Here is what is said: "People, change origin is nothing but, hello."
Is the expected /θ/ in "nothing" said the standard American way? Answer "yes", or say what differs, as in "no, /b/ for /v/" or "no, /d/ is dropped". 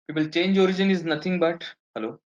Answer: no, /t/ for /θ/